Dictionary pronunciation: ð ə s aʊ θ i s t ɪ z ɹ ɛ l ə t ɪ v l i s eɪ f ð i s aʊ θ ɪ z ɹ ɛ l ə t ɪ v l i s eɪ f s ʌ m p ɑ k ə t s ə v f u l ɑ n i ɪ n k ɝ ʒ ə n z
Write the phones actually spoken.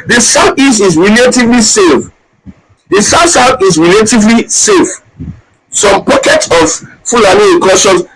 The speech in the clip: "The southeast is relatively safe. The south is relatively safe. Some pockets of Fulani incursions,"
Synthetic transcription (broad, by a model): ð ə s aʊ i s ɪ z ɹ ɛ l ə t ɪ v l i s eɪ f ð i s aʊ s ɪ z ɹ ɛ l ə t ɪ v l i s eɪ f s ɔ m p ɑ k ə t s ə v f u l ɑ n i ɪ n k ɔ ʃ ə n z